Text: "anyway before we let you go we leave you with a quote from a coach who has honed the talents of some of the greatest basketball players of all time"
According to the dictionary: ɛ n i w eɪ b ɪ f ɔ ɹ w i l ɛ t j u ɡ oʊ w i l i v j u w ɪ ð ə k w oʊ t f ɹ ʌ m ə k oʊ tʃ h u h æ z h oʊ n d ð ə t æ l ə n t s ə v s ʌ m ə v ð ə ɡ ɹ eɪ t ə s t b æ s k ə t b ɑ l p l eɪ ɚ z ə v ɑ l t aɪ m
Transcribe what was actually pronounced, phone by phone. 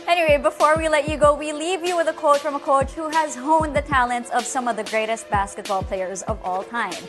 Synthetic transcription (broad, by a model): ɛ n i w eɪ b ɪ f ɔ ɹ w i l ɛ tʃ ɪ ɡ oʊ w i l i v j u w ɪ ð ə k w oʊ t f ɹ ʌ m ə k oʊ tʃ h u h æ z h oʊ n ð ə t æ l ə n t s ə v s ʌ m ə v ð ə ɡ ɹ eɪ t ə s t b æ s k ə t b ɑ l p l eɪ ɚ z ə v ɑ l t aɪ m